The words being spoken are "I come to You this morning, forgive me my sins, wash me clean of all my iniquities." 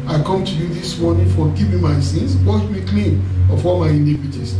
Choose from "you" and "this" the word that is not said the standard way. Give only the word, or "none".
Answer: none